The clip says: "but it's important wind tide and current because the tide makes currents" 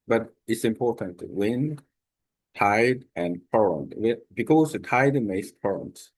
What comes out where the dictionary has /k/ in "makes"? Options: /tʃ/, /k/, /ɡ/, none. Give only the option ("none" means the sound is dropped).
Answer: none